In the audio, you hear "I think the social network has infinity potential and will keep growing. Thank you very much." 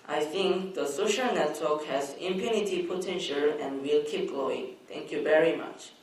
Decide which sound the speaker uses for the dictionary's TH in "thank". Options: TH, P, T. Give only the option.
T